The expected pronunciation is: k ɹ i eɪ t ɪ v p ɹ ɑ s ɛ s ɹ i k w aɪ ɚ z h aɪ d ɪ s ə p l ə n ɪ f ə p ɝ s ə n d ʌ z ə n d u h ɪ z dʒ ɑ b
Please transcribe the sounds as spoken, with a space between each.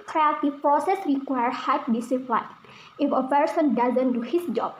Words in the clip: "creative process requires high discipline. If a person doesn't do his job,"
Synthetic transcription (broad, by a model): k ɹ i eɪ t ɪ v p ɹ ɑ s ɛ s ɹ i k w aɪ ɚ h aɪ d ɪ s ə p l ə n ɪ f ə p ɝ s ə n d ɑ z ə n d u h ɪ s dʒ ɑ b